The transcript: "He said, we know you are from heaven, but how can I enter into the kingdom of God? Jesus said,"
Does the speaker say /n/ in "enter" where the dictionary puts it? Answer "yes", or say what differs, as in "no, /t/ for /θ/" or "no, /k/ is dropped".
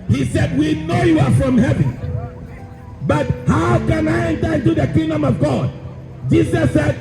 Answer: yes